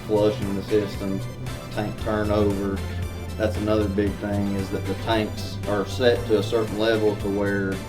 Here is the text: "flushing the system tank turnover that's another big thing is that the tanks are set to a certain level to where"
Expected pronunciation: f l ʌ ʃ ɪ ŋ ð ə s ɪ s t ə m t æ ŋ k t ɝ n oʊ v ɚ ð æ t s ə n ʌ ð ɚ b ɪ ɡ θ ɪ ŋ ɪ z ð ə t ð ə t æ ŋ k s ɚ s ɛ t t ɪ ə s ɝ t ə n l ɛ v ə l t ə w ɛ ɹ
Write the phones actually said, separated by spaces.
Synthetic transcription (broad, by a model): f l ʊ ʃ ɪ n ð ə s ɪ s t ə m t æ ŋ k t ɝ n oʊ v ɚ ð æ t s ə n ʌ ð ɚ b ɪ ɡ θ ɪ ŋ ɪ z ð ə t ð ə t æ ŋ k s ɚ s ɛ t t ɪ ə s ɝ t n l ɛ v l t ə w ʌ ɹ